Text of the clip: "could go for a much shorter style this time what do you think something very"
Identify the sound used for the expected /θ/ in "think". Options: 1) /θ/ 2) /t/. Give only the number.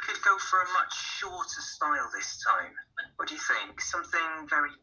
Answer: 1